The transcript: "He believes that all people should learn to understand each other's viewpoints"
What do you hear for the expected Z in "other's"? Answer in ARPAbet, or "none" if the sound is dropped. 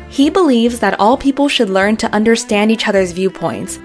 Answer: Z